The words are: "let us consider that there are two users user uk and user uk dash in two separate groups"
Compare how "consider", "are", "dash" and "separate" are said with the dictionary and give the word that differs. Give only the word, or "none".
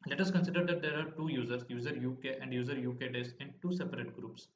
dash